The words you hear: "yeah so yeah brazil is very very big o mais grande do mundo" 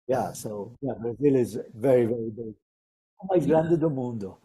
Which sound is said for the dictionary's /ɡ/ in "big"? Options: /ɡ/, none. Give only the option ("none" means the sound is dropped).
none